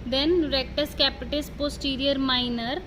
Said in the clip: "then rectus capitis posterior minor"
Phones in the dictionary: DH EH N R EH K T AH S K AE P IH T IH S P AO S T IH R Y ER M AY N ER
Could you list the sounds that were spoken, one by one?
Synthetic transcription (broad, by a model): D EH N R EH K T AH S K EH P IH T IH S P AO S T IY R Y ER M AY N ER